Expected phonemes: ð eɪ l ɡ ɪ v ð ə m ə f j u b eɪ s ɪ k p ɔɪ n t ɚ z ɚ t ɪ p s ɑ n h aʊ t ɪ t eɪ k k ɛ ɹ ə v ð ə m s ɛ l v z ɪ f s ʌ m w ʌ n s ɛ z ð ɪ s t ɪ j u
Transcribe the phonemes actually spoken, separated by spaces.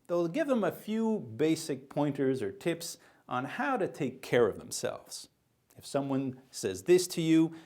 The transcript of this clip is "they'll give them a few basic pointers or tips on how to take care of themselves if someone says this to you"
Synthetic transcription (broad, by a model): ð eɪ l ɡ ɪ v ð ə m ə f j u b eɪ s ɪ k p ɔɪ n t ɚ z ɚ t ɪ p s n h aʊ t ɪ t eɪ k k ɛ ɹ ə v ð ə m s ɛ l v z ɪ f s ʌ m w ʌ n s ɛ z ð ɪ s t ɪ j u